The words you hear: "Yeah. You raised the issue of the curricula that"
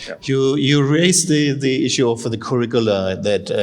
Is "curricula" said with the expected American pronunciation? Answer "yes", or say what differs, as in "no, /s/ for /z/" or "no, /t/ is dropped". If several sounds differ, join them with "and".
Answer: yes